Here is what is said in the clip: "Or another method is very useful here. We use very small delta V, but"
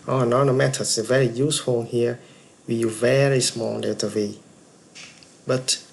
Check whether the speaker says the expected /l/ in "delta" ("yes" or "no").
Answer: no